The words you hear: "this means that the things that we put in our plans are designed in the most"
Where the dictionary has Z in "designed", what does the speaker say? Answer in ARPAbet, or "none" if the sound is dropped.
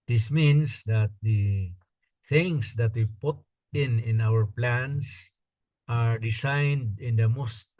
S